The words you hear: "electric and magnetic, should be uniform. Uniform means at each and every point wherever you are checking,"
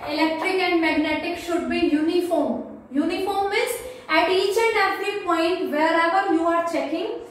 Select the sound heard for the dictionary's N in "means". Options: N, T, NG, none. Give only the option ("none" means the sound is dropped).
none